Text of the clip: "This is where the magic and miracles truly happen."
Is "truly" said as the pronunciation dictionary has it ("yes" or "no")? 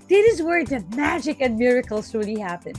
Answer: no